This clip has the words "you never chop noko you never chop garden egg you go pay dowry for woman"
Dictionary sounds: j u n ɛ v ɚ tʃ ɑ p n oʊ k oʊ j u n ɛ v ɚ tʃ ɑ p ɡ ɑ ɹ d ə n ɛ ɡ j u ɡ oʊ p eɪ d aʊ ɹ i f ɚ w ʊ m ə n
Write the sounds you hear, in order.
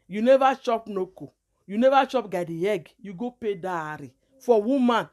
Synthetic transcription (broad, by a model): j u n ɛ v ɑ tʃ ɑ p n oʊ k oʊ j u n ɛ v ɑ tʃ ɑ p ɡ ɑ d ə ɛ ɡ j u ɡ oʊ p eɪ d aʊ ɹ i f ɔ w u m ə n